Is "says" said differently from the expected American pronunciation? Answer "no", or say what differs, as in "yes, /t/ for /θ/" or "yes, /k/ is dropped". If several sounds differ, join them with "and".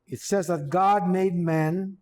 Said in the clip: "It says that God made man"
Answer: no